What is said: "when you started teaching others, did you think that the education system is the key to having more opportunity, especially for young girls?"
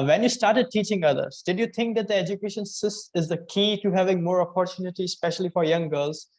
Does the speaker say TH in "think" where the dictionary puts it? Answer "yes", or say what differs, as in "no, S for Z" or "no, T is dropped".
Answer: no, T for TH